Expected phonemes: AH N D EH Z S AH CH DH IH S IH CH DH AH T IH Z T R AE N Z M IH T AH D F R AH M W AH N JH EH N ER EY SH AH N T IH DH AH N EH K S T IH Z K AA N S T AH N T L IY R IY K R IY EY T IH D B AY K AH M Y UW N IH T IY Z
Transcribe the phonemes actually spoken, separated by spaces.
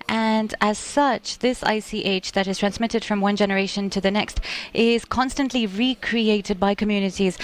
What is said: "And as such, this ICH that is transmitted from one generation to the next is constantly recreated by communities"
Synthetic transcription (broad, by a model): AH N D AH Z S AH CH DH IH S IH CH DH AH T IH Z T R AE N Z M IH T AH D F R AH M W AH N JH EH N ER EY SH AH N T IH DH AH N EH K S T IH Z K AA N S T AH N T L IY R IY K R IY EY T IH D B AY K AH M Y UW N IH T IY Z